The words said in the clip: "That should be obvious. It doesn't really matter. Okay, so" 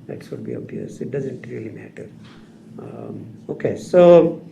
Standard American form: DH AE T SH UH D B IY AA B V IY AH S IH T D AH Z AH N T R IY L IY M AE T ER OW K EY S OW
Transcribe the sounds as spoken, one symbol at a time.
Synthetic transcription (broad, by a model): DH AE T S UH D B IY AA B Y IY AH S IH T D AH Z AH N T R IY L IY M AE T ER OW K EY S OW